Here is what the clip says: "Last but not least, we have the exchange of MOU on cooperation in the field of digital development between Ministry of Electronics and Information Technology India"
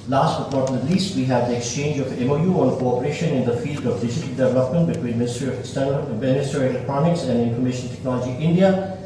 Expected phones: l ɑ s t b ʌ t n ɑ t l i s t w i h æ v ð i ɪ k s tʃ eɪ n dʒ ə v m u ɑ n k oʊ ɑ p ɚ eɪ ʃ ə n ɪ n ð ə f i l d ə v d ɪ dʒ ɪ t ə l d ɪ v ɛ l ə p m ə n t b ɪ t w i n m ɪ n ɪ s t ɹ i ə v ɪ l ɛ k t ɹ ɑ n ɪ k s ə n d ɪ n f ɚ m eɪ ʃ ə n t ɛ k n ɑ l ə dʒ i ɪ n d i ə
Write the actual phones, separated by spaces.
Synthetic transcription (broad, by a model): l ɑ s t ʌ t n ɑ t l i s t w i h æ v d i ɪ k s tʃ eɪ n dʒ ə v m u ɑ n k oʊ ɑ p ɚ eɪ ʃ ə n ɪ n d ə f i l d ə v d ɪ dʒ ɪ t ə l d ɪ v ɛ l ə p m ə n t b ɪ t w i n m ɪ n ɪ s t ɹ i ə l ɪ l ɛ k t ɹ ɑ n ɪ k s ə n d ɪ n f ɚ m eɪ ʃ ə n t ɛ k n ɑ l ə dʒ i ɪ n d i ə